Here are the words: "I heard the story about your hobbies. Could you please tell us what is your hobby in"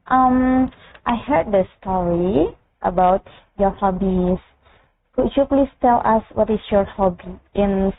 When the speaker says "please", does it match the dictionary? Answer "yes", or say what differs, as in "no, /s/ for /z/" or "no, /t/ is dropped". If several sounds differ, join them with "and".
no, /s/ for /z/